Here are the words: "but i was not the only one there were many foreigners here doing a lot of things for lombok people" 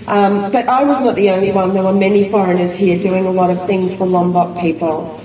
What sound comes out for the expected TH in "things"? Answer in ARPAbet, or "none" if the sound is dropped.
TH